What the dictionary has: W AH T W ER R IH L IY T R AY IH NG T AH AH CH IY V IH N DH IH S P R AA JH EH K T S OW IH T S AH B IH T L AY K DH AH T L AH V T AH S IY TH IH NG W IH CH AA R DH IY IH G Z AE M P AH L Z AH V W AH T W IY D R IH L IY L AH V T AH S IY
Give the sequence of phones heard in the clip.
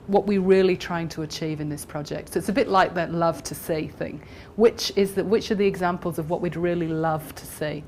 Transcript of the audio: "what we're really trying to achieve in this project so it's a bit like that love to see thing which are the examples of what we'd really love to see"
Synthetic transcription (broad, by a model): W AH T W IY R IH L IY T R AY IH NG T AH AH CH IY V IH N DH IH S P R AA JH EH K T S OW IH T S AH B IH T L AY K DH AH T L AH V T AH S IY TH IH NG W IH CH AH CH DH IY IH G Z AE M P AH L Z AH V W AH T W IY D R IH L IY L AH V T AH S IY